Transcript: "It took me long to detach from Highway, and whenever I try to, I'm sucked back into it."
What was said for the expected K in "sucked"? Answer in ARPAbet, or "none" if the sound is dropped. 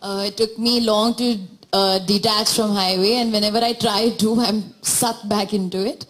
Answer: none